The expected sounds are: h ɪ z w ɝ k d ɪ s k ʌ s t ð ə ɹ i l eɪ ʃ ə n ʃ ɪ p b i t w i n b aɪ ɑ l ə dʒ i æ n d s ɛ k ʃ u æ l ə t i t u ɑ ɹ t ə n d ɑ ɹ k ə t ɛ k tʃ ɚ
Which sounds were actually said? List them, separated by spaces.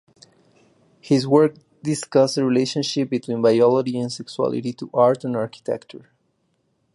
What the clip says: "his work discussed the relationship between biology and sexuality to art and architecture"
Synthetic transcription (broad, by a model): h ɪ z w ɝ k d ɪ s k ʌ s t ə ɹ i l eɪ ʃ ə n ʃ ɪ p b i t w i n b aɪ ɑ l ə dʒ i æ n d s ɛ k s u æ l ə t i t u ɑ ɹ t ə n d ɑ ɹ k ə t ɛ k tʃ ɚ